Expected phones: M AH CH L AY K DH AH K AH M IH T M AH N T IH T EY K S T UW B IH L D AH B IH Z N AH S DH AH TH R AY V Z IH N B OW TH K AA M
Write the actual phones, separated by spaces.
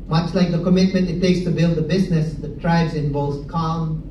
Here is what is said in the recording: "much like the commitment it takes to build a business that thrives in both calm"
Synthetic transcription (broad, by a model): M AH CH L AY K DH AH K AH M IH T M AH N T IH T EY K S T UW B IH L D AH B IH Z N AH S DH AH T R AY B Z IH N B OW S K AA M